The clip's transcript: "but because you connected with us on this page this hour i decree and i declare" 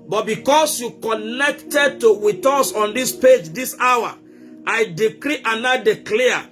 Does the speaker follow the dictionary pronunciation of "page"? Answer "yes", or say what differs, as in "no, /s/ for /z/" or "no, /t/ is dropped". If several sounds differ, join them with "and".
yes